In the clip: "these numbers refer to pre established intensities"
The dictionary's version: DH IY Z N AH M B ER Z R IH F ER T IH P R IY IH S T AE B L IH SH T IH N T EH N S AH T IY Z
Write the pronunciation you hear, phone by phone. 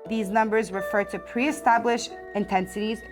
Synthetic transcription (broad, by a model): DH IY Z N AH M B ER Z R IH F ER T IH P R IY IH S T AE B L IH SH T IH N T EH N S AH T IY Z